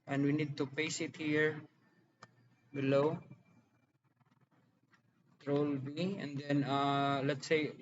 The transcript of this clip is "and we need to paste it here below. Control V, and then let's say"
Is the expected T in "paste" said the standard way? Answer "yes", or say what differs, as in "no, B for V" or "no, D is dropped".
no, T is dropped